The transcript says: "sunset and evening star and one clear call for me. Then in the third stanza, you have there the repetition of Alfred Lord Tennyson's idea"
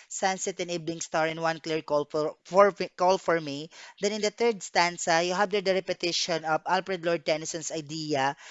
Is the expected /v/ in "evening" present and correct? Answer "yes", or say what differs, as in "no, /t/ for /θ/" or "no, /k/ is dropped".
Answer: no, /b/ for /v/